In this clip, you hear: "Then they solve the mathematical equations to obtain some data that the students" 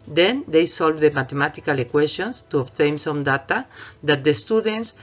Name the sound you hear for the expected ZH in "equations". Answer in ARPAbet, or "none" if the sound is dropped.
S